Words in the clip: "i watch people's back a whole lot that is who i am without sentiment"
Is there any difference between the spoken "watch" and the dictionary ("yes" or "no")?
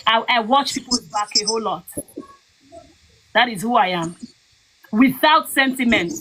no